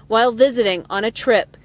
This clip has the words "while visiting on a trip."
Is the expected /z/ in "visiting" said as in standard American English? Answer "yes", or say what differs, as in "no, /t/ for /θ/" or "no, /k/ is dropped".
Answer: yes